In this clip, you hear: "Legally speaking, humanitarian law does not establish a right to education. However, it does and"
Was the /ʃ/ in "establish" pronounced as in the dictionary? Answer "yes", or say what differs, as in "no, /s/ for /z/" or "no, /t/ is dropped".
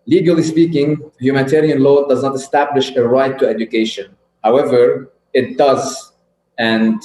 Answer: yes